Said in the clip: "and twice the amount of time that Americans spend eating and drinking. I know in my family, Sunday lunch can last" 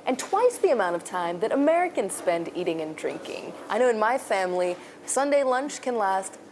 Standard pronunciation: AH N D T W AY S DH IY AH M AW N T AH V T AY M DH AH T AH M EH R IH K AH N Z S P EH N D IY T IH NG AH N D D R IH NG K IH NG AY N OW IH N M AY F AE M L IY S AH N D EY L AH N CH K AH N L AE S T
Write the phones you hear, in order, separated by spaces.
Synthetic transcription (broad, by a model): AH N T W AY S DH IY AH M AW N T AH V T AY M DH AH T AH M EH R IH K AH N Z S P EH N D IY T IH NG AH N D D R IH NG K IH NG AY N OW IH N M AY F AE M L IY S AH N D EY L AH N CH K AH N L AE S T